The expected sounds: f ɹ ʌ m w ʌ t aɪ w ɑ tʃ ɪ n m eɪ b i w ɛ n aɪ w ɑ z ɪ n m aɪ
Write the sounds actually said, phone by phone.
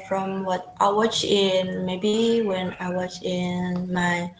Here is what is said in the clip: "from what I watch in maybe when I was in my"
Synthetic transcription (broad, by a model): f ɹ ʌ m w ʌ t aɪ w ɑ tʃ ɪ n m eɪ b i w ɛ n aɪ w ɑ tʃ ɪ n m aɪ